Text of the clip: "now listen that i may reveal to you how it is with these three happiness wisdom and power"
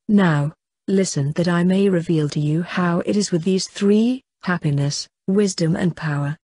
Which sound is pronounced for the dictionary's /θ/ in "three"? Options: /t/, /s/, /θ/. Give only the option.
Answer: /θ/